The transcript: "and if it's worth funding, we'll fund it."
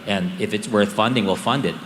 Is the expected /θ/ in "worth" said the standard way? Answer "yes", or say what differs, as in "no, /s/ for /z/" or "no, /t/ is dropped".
yes